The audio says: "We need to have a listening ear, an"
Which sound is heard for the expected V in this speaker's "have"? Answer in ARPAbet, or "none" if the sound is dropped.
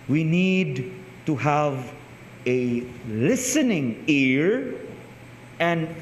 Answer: V